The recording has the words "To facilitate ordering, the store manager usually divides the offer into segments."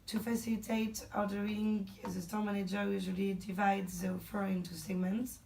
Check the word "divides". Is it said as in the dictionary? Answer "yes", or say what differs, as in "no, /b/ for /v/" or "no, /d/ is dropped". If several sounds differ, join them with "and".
yes